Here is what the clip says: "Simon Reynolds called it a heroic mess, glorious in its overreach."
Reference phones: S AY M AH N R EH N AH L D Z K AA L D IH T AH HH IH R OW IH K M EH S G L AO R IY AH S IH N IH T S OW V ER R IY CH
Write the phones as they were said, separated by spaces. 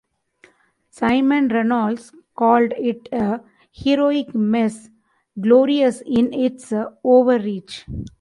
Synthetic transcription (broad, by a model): S AY M AH N R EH N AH L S K AA L D IH T AH HH IH R OW IH K M EH S G L AO R IY AH S IH N IH T S OW V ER R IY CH